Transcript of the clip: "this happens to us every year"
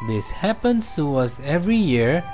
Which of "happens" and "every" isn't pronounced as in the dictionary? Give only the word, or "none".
happens